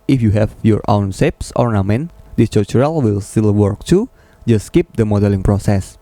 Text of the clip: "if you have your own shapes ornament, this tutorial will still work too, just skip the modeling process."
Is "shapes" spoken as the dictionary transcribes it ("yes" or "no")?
no